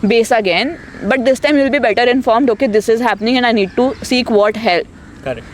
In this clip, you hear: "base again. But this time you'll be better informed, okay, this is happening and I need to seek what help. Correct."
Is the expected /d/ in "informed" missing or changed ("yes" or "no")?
no